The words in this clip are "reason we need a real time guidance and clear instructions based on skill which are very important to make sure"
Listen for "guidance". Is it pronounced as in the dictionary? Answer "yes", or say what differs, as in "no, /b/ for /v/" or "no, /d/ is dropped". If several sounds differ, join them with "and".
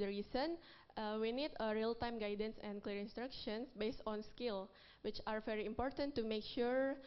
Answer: yes